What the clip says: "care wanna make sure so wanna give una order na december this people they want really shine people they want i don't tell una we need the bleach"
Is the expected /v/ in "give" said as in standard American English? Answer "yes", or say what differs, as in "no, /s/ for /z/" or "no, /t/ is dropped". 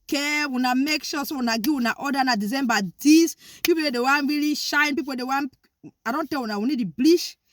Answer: no, /w/ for /v/